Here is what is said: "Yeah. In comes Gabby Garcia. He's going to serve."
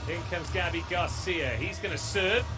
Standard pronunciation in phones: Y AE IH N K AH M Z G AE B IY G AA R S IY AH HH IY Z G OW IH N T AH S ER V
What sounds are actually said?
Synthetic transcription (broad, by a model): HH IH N K AH M Z G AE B IY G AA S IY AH HH IY Z G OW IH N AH S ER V